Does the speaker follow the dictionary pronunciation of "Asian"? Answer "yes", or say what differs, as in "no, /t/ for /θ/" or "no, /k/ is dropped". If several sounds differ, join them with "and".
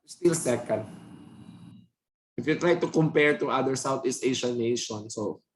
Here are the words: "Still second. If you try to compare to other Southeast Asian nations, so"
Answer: no, /ʃ/ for /ʒ/